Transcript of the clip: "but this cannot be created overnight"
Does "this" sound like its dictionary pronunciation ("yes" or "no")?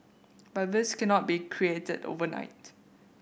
yes